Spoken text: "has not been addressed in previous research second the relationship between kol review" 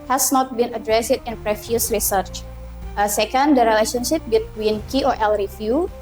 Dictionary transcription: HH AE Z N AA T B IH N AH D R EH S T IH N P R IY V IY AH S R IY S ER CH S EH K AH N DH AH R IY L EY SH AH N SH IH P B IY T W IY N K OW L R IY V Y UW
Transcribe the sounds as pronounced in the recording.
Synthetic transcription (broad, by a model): HH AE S N AA T B IH N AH D R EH S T IH N P R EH F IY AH S R IY S ER CH S EH K AH N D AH R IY L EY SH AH N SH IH P B IY T W IY N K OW L R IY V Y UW